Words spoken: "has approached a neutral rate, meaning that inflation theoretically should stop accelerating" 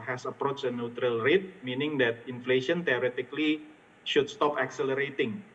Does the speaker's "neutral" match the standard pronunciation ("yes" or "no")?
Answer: yes